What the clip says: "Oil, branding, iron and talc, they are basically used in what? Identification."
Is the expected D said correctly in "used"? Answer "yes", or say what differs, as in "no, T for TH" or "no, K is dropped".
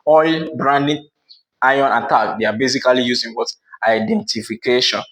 no, D is dropped